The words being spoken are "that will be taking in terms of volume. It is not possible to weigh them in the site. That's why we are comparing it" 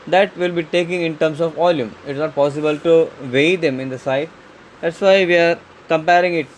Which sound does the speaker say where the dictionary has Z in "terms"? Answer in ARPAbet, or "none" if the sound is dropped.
S